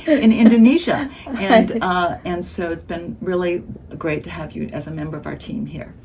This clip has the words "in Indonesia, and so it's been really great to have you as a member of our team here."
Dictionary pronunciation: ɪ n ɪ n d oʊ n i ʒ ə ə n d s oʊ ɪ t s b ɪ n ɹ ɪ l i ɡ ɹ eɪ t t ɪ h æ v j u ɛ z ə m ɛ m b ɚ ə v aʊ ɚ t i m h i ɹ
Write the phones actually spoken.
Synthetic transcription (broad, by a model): ɪ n ɪ n d oʊ n i ʒ ə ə n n s oʊ ɪ t s b ɪ n ɹ ɪ l i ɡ ɹ eɪ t t ɪ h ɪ v j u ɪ z ə m ɛ m b ɚ ə v aʊ ɚ t i m h i ɹ